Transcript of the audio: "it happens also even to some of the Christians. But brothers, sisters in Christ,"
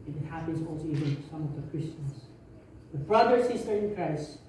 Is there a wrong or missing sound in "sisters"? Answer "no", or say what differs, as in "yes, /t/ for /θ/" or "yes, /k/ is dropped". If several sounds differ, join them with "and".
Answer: yes, /z/ is dropped